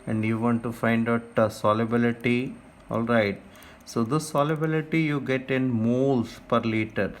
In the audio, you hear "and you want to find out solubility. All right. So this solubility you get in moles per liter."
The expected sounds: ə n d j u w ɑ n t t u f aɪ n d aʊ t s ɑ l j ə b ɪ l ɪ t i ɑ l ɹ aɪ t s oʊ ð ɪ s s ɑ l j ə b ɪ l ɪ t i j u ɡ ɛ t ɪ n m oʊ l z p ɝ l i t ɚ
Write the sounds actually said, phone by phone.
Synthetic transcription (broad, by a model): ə n d j u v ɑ n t t u f aɪ n d aʊ t s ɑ l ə b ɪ l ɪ t i ɑ l ɹ aɪ t s oʊ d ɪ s s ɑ l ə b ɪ l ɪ t i j u ɡ ɛ t ɪ n m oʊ l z p ɝ l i t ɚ